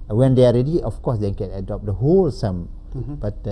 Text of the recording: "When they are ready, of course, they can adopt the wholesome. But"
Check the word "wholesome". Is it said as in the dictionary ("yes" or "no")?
yes